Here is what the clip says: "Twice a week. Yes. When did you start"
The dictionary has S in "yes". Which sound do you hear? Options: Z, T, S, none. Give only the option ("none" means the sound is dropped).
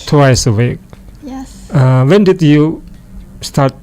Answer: none